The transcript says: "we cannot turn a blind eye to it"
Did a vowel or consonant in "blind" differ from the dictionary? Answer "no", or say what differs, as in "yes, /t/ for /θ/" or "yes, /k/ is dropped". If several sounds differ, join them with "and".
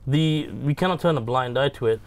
no